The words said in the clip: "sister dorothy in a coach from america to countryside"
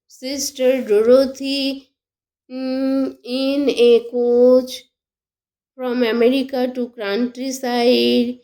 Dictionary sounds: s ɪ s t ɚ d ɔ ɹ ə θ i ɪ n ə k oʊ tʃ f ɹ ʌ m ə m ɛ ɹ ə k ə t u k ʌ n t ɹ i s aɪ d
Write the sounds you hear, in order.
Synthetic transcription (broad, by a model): s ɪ s t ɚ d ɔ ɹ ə t i ɪ n ə k oʊ tʃ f ɹ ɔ m ə m ɛ ɹ ə k ə t u k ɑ n t ɹ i s aɪ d